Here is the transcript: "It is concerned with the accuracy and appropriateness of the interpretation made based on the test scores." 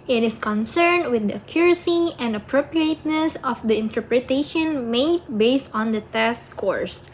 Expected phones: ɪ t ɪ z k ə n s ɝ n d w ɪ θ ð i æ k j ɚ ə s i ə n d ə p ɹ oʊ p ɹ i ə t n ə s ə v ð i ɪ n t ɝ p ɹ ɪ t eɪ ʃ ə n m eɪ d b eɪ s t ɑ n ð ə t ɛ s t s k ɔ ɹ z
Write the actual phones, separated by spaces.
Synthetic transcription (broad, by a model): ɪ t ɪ s k ə n s ɝ n d w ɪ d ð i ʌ k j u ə s i ə n d ə p ɹ oʊ p ɹ i ə t n ə s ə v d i ɪ n t ɝ p ɹ ɪ t eɪ ʃ ə n m eɪ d b eɪ s t ɑ n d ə t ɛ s s k ɔ ɹ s